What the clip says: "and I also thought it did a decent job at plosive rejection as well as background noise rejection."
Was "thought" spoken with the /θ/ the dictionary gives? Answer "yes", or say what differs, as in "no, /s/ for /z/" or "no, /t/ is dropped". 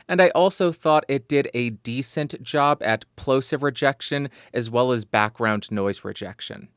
yes